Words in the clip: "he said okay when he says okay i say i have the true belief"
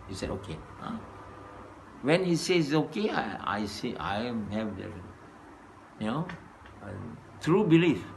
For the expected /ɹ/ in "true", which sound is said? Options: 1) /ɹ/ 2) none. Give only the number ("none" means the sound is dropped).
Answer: 1